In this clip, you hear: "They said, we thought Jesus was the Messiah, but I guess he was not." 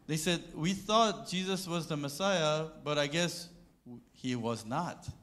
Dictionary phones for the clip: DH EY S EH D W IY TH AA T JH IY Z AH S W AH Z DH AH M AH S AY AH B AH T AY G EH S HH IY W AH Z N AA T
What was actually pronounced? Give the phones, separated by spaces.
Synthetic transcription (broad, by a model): DH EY S EH D W IY TH AA T JH IY Z AH S W AH Z DH AH M AH S AY AH B AH T AY G EH S HH IY W AH Z N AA T